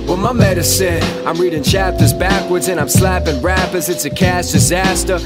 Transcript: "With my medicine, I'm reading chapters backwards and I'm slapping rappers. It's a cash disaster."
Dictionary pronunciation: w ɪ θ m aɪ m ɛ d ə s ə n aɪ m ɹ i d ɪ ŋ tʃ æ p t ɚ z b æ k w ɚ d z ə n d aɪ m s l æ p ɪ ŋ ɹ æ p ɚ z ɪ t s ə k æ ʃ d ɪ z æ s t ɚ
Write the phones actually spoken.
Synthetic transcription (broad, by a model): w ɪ m aɪ m ɛ d ə s ə n aɪ m ɹ i d ɪ ŋ tʃ æ p t ɚ z b æ k w ɚ d z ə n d aɪ m s l æ p ɪ ŋ ɹ æ p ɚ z ɪ t s ə k æ s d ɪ z æ s t ɚ